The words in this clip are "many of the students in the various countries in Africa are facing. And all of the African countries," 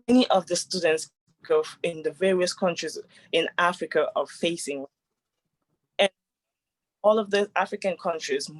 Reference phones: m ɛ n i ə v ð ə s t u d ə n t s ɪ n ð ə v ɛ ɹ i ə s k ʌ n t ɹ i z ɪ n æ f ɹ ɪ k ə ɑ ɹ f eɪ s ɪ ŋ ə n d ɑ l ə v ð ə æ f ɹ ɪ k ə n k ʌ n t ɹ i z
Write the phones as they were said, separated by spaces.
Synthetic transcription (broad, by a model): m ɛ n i ə v ð ə s t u d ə n t s ɪ n ð ə v ɛ ɹ i ə s k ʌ n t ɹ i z ɪ n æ f ɹ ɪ k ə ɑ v f eɪ s ɪ ŋ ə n ɑ l ə v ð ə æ f ɹ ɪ k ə n k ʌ n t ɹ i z